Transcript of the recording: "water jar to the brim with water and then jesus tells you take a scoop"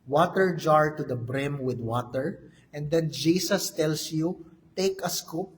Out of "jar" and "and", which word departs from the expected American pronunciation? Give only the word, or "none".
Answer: none